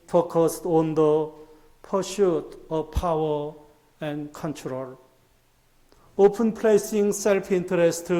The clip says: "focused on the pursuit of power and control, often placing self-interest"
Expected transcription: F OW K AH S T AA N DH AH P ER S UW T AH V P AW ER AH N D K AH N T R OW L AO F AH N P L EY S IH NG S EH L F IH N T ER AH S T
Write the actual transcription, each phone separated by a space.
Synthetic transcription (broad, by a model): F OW K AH S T AA N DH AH P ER SH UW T AH V P AW ER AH N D K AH N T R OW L AO P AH N P L EY S IH NG S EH L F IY N T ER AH S T